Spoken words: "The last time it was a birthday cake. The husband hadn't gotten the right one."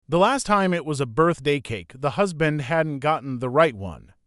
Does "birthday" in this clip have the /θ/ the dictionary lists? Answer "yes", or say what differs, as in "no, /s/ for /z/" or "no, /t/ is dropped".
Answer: yes